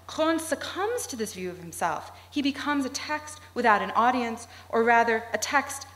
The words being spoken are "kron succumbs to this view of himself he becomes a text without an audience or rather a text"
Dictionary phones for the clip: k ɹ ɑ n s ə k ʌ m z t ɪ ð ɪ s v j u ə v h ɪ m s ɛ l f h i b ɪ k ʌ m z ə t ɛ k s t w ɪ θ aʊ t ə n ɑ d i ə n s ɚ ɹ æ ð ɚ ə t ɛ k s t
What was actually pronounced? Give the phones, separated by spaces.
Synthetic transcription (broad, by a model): k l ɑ n s ə k ʌ m z t ɪ ð ɪ s v j u ə v h ɪ m s ɛ l f h i b ɪ k ʌ m z ə t ɛ k s t w ɪ θ aʊ t ə n ɑ d i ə n s ɚ ɹ æ ð ɚ ə t ɛ k s t